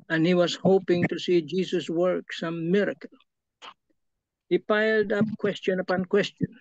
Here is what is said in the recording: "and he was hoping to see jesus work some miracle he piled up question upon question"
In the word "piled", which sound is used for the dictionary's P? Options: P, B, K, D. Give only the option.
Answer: P